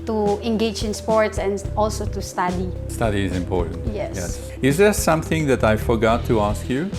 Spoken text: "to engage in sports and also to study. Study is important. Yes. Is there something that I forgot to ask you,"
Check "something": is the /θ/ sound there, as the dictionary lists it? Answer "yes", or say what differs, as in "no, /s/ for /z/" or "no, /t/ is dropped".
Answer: yes